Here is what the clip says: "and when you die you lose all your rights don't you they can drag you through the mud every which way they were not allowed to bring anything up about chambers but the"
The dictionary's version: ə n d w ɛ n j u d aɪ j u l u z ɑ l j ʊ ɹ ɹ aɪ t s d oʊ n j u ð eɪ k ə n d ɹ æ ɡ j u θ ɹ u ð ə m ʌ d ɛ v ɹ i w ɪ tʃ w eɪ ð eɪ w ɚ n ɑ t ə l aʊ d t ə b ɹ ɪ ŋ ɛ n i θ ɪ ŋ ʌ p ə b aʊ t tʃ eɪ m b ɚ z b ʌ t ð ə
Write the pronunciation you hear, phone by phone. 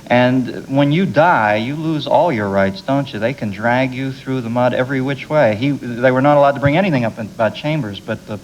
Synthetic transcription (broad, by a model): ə n w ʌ n j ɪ d aɪ j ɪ l u z ɑ l j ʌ ɹ ɹ aɪ t s d oʊ n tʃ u ð eɪ k ə n d ɹ æ ɡ j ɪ θ ɹ u ð ə m ʌ d ɛ v ɹ i w ɪ tʃ w eɪ ð eɪ w ɚ n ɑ t ə l aʊ d t ə b ɹ ɪ ŋ ɛ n i θ ɪ ŋ ʌ p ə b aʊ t tʃ eɪ m b ɚ z b ʌ t ð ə